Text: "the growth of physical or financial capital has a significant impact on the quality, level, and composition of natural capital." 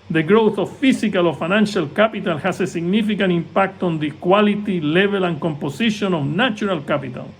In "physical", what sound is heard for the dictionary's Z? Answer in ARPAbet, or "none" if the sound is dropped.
S